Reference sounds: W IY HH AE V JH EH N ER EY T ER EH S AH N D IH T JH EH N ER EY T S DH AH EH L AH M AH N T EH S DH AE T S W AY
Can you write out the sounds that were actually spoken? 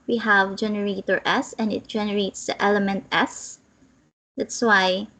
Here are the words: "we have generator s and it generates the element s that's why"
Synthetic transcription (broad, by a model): W IY HH AE V JH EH N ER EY T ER EH S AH N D IH T JH EH N ER EY T S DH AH EH L AH M AH N T EH S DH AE T S W AY